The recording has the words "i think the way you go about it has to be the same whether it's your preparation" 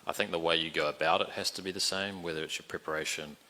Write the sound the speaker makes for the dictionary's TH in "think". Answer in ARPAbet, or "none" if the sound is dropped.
TH